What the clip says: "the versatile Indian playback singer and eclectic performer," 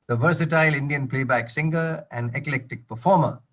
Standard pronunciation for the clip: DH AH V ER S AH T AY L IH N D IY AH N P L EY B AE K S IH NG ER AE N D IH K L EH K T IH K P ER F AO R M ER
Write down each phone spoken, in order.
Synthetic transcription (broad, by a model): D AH V ER S AH T AY L IH N D IY AH N P L EY B AE K S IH NG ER AE N D IH K L EH K T IH K P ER F AO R M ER